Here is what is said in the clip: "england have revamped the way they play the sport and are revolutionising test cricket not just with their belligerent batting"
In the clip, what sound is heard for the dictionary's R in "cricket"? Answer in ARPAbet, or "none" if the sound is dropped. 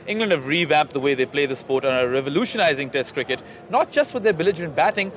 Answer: R